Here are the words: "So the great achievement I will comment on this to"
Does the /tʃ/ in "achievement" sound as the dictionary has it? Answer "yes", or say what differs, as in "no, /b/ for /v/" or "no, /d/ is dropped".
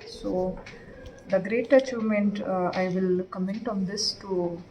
yes